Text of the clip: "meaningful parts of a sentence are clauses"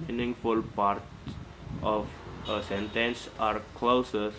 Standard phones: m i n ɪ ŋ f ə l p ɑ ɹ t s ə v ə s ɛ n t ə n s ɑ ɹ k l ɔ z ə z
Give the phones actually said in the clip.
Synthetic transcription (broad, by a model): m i n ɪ ŋ f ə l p ɑ ɹ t ə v ə s ɛ n t ə n s ɑ ɹ k l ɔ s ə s